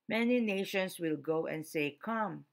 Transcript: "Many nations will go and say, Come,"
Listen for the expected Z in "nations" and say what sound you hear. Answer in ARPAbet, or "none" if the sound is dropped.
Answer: S